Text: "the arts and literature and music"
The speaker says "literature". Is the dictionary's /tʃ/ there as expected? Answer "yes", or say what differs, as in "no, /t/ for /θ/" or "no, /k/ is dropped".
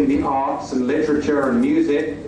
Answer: yes